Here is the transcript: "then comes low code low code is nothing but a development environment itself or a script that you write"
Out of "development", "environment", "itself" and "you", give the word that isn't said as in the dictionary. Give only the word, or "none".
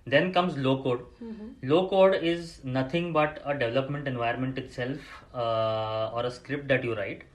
environment